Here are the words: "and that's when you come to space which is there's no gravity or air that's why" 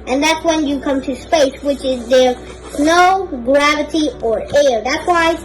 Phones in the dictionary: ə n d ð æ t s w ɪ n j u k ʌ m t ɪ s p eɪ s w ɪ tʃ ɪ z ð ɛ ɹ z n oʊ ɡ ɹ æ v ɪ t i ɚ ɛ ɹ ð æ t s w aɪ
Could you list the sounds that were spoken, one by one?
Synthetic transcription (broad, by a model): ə n ð æ t s w ɪ n j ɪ k ʌ m t ɪ s p eɪ s w ɪ tʃ ɪ z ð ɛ ɹ s n oʊ ɡ ɹ æ v ɪ t i ɚ ɛ ɹ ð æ t s w aɪ